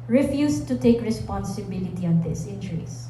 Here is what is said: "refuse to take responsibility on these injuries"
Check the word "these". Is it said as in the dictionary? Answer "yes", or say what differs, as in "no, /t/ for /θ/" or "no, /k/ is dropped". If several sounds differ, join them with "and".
no, /s/ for /z/